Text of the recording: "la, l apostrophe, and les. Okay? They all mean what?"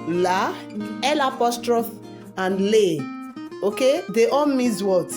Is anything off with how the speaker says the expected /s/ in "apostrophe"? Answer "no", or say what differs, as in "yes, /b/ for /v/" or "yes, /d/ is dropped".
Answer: no